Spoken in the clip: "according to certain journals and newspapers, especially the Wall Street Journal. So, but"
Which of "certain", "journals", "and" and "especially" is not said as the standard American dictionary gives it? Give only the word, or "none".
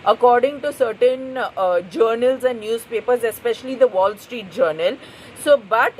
none